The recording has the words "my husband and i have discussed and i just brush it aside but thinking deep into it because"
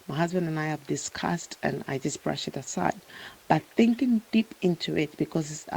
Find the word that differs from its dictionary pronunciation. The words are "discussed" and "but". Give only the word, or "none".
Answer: none